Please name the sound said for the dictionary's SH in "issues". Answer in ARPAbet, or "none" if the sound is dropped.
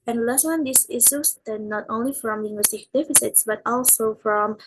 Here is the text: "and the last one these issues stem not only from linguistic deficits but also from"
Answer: S